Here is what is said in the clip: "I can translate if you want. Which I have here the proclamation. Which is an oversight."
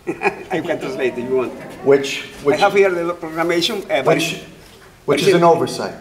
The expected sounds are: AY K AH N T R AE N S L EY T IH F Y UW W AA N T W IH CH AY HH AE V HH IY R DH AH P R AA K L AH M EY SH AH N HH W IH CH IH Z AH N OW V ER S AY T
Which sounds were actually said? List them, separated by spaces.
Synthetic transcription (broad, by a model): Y K AH N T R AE S L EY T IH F Y UW W AA N T W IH CH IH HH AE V HH IY R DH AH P R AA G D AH M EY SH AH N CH W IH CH IH Z AH N OW V ER S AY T